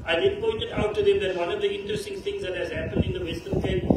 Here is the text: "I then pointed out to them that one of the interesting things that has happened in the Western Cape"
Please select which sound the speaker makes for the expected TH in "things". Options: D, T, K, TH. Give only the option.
T